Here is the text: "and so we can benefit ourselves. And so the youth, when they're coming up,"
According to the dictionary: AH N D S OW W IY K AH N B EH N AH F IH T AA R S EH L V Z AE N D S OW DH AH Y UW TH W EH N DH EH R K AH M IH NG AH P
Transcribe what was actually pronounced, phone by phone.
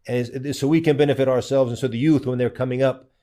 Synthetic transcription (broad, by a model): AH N S OW W IY K AH N B EH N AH F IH T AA R S EH L V Z N S OW DH AH Y UW TH W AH N DH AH R K AH M IH NG AH P